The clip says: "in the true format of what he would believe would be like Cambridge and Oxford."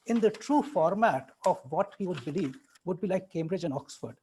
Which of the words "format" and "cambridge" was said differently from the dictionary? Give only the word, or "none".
none